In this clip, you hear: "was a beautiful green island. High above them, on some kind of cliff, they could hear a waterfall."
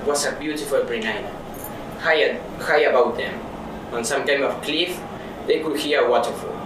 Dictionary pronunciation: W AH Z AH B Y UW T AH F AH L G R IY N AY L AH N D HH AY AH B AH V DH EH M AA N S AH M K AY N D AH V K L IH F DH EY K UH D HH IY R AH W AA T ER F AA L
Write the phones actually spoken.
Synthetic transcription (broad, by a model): W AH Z AH B Y UW T AH F AH L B R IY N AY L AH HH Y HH AY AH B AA W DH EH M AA N S AH M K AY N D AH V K L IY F DH EY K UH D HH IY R AH W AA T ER F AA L